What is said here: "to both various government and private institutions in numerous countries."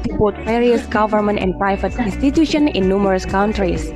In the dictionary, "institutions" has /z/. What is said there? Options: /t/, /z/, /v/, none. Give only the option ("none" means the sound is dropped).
none